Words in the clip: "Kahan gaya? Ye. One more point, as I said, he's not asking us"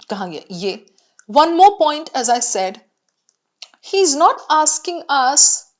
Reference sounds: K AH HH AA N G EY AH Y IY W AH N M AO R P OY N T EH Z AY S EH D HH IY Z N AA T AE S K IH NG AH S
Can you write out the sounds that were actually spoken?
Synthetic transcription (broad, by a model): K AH HH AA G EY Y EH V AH N M AO R P OY N T EH Z AY S EH D HH IY Z N AA T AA S K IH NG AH S